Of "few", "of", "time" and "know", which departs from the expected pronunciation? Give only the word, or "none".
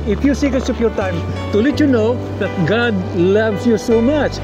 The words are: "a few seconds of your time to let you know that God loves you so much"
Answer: of